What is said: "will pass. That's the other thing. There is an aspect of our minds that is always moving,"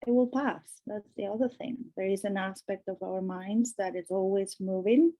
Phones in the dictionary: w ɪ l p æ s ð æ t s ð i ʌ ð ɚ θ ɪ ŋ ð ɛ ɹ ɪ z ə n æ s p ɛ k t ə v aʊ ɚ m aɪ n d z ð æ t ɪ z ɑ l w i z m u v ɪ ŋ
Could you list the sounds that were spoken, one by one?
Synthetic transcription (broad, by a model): w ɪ l p æ s ð æ t s ð i ʌ ð ɚ θ ɪ ŋ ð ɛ ɹ ɪ z ə n æ s p ɛ k t ə v aʊ ɚ m aɪ n d z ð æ t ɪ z ɑ l w i z m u v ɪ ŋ